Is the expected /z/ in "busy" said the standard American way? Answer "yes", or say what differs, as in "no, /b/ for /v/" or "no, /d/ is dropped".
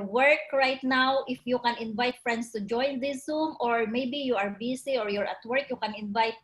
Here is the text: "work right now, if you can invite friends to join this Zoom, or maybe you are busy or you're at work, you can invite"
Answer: no, /s/ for /z/